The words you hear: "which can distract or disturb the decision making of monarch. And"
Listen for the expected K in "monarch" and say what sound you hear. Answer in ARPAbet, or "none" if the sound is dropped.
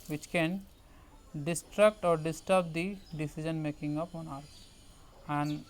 none